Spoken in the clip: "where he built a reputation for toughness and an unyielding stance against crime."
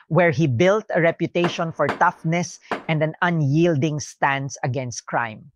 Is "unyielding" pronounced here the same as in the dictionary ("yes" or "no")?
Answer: yes